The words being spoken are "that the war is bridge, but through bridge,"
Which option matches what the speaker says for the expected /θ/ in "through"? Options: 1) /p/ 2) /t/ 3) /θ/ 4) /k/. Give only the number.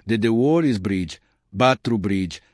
2